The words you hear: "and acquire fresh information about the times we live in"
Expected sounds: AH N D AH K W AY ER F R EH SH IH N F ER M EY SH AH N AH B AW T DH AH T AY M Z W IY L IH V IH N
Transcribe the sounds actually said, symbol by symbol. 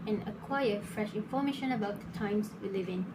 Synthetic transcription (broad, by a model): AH N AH K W AY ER F R EH SH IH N F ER M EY SH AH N AH B AW T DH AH T AY M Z W IY L IH V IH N